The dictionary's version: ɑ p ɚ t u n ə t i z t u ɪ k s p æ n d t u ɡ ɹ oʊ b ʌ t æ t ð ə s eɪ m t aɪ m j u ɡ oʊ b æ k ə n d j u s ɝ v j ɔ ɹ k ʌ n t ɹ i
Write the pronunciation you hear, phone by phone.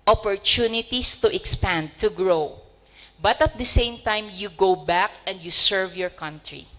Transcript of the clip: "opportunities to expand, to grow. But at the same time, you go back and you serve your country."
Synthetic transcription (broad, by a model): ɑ p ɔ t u n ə t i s t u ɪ k s p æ n d t u ɡ ɹ oʊ b ʌ t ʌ t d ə s eɪ m t aɪ m j u ɡ oʊ b æ k ə n d j u s ɝ v j ɔ ɹ k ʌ n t ɹ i